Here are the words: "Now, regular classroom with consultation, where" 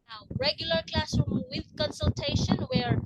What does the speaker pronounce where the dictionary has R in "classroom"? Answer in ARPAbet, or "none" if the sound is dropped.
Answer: R